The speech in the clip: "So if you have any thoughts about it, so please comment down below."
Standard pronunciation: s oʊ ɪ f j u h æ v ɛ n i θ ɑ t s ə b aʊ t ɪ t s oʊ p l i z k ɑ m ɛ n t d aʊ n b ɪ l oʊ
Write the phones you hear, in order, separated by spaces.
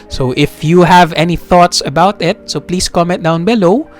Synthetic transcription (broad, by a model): s oʊ ɪ f j u h æ v ɛ n i θ ɑ t s ə b aʊ t ɪ t s oʊ p l i s k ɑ m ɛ t d aʊ n b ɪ l oʊ